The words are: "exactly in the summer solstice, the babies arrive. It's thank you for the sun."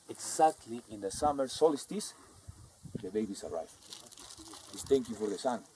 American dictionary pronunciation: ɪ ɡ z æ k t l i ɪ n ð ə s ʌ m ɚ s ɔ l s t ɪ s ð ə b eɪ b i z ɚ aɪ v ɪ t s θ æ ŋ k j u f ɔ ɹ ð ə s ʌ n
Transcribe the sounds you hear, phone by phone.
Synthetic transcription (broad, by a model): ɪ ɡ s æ k t l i ɪ n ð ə s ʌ m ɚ s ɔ l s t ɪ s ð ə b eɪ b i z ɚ aɪ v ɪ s t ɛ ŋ k j u f ɔ ɹ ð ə s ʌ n